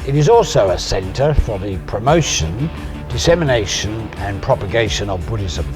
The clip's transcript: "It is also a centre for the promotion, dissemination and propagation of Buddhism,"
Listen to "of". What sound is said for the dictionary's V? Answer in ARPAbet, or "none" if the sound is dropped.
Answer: V